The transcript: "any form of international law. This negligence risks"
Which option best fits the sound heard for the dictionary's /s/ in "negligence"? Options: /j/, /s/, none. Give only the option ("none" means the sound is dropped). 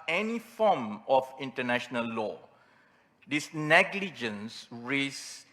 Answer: /s/